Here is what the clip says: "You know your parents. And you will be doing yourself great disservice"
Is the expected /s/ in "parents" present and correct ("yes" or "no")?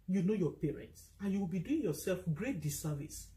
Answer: yes